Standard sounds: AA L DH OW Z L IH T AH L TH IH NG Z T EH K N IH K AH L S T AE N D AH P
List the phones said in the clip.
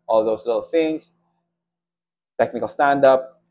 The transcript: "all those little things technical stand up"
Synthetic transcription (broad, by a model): AA L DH OW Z L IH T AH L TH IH NG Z T EH K N IH K AH L S T AE N D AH P